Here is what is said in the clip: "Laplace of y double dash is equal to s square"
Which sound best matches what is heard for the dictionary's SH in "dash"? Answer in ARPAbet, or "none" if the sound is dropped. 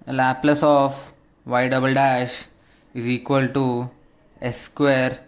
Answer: SH